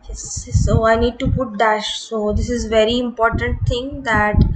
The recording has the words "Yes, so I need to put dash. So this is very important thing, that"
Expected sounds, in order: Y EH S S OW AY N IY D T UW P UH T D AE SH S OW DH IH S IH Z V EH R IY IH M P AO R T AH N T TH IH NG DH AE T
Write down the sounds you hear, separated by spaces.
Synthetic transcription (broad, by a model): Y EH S S OW AY N IY D T UW P UH T D AE SH S OW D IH S IH Z V EH R IY IH M P AO R T AH N T T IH NG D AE T